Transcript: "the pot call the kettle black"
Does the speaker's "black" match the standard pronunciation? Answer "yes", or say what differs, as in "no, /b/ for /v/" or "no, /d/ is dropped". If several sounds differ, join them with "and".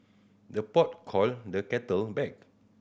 no, /l/ is dropped